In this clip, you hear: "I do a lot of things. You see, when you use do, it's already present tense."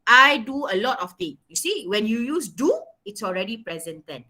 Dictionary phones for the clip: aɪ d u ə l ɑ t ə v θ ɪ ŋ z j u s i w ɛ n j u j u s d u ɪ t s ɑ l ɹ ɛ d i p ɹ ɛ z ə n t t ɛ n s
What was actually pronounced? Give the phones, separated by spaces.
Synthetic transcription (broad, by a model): aɪ d u ə l ɑ t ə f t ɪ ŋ j u s i w ɛ n j u j u s d u ɪ t s ɑ l ɹ ɛ d i p ɹ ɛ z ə n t t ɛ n